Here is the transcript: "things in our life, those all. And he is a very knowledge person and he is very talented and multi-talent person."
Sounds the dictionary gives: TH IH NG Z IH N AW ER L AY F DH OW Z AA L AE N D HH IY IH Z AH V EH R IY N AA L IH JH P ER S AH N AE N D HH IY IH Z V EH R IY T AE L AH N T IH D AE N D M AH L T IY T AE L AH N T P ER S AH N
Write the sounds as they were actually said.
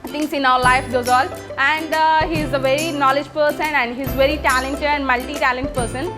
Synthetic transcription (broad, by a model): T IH NG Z IH N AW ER L AY F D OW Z AA L AE N D HH IY IH Z AH V EH R IY N AA L IH JH P ER S AH N AE N D HH IY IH Z V EH R IY T AE L AH N T IH D AE N D M AH L T IY T AE L AH N T P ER S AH N